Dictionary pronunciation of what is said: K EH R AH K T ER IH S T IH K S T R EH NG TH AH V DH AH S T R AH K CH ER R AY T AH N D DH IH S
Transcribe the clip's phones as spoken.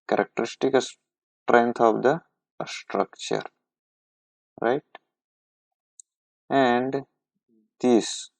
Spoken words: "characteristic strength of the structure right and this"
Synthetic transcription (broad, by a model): K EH R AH K T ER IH S T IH K S T R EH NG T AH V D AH S T R AH K CH ER R AY T AH N D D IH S